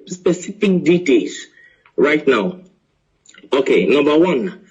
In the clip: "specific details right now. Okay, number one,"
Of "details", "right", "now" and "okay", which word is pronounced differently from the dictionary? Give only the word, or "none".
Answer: details